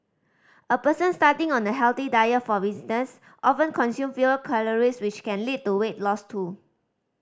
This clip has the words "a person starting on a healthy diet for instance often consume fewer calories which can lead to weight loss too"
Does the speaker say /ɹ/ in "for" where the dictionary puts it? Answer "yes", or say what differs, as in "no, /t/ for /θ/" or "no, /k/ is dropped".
no, /w/ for /ɹ/